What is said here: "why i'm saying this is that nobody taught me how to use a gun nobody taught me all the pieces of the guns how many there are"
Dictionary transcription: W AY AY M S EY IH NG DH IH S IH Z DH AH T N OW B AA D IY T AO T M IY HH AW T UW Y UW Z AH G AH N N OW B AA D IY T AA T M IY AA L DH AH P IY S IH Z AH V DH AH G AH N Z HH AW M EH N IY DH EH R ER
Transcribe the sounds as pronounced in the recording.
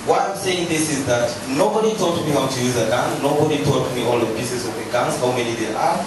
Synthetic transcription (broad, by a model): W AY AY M S EY IH NG DH IH S IH Z DH AH T N OW B AA D IY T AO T M IY HH AW T UW Y UW Z AH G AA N N OW B AA D IY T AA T M IY AA L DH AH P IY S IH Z AH V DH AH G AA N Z HH AW M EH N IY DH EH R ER